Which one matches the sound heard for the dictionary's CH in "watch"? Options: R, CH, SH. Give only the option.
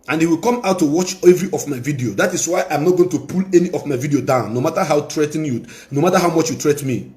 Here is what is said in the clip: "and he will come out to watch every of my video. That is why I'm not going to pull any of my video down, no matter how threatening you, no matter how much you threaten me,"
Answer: CH